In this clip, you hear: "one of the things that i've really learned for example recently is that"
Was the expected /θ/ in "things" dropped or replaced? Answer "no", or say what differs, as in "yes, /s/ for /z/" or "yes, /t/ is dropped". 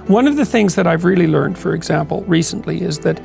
no